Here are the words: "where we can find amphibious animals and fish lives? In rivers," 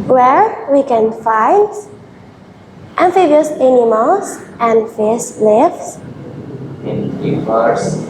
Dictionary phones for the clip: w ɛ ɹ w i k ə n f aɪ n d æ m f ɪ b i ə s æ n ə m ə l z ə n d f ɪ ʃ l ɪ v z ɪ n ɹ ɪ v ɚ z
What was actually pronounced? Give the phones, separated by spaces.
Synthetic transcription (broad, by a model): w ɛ ɹ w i k ə n f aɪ n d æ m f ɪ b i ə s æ n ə m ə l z ə n d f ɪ s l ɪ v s ɪ n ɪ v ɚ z